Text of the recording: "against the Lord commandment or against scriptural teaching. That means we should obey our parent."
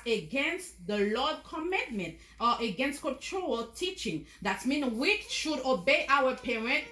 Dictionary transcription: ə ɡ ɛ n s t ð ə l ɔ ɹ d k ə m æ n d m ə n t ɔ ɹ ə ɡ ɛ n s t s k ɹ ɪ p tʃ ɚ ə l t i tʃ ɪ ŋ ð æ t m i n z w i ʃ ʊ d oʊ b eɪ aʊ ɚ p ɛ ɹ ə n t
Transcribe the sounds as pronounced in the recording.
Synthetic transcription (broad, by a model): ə ɡ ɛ n s t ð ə l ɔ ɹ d k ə m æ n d m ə n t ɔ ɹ ə ɡ ɛ n s t k ɔ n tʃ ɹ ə l t i tʃ ɪ ŋ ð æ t m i n w i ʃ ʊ d oʊ b eɪ aʊ ɚ p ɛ ɹ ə n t